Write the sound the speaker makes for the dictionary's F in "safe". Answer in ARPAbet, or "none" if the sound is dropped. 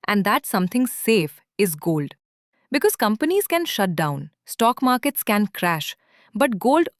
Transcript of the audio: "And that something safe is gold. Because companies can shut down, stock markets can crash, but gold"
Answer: F